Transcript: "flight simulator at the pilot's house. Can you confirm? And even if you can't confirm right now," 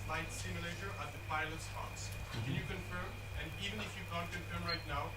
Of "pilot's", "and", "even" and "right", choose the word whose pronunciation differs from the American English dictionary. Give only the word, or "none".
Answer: none